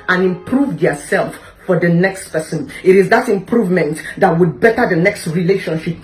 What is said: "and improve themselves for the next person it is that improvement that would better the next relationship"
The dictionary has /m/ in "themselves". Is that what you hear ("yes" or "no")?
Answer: no